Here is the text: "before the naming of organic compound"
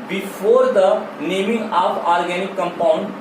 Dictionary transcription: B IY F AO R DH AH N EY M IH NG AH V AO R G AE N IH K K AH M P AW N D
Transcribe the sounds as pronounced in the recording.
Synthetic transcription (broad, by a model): B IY F AO R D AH N EY M IH NG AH P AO R G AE N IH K K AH M P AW N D